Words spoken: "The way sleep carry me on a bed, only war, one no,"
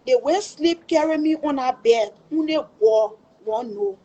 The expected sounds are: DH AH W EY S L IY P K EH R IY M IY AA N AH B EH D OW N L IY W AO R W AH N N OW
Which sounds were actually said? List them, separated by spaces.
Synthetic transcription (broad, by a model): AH W EY S L IY P K EH R IY M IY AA N AH B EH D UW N IY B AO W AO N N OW